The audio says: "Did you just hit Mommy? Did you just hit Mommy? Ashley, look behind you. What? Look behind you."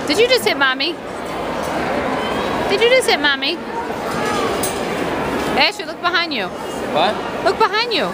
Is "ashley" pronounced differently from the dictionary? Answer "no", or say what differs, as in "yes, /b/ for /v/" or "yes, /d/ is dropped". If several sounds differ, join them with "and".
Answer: yes, /l/ is dropped